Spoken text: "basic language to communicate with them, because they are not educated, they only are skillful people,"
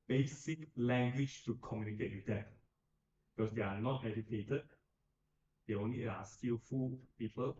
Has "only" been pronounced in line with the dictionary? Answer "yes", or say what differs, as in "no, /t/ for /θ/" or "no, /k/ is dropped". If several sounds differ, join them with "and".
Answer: no, /l/ is dropped